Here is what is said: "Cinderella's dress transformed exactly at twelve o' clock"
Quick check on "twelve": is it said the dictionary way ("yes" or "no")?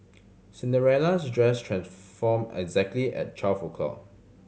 no